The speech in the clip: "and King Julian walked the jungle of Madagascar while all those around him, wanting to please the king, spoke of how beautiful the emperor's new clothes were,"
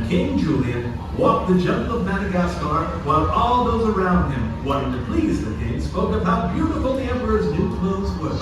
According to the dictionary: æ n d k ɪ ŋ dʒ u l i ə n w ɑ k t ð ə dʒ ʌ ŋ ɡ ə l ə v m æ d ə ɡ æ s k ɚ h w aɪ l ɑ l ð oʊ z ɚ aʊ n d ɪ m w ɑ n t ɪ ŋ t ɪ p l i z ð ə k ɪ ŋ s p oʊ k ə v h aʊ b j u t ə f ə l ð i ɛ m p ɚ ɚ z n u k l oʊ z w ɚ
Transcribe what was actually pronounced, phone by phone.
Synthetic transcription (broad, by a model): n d k ɪ ŋ dʒ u l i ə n w ɑ k t ð ə dʒ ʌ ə n ə v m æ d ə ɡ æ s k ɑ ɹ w aɪ l ɑ l ð oʊ z ɚ aʊ n d ɪ m w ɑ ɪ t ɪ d t ɪ p l i z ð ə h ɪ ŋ s p oʊ k ə v h aʊ b j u t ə f l ð i ɛ m p ɚ ɚ z n u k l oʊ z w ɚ